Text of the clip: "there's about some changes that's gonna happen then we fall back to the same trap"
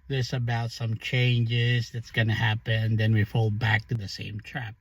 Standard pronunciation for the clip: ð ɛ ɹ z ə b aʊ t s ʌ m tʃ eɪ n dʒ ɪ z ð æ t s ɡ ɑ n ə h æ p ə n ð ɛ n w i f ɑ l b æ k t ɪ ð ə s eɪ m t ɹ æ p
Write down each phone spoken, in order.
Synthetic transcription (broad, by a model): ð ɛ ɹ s ə b aʊ t s ʌ m tʃ eɪ n dʒ ɪ z ð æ t s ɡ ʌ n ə h æ p ə n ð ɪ n w i f ɑ l b æ k t ɪ ð ə s eɪ m t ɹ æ p